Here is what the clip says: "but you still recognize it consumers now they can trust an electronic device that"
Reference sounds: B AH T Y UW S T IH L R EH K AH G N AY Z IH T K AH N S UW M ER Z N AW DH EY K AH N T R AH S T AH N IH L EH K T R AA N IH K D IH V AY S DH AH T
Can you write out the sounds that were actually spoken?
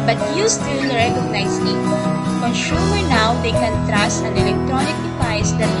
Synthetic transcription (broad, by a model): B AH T Y UW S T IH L R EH K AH G N AY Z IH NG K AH N SH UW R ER N AW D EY K AH N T R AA S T AH N IH L EH K T R AA N IH K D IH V AY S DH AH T